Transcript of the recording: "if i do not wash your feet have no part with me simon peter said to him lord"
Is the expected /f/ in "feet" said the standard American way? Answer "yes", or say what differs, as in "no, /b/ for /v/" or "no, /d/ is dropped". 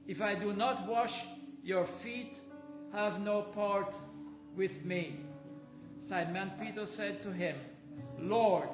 yes